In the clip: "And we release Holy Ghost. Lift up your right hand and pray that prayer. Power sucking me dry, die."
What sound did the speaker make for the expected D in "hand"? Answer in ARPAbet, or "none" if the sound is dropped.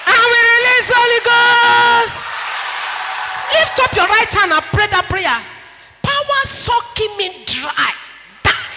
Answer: none